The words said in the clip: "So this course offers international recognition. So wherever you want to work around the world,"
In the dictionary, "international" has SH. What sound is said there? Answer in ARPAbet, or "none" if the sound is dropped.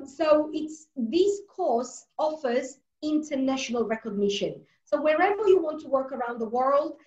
SH